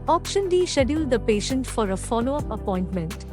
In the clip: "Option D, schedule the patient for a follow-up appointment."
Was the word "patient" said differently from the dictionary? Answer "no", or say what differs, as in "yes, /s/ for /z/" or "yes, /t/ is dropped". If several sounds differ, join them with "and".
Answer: no